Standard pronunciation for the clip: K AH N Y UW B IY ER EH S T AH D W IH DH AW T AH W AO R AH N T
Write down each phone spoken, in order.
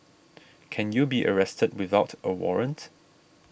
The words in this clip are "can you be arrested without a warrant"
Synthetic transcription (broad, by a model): K AH N Y UW B IY ER EH S T AH D W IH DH AW T AH W AO R AH N T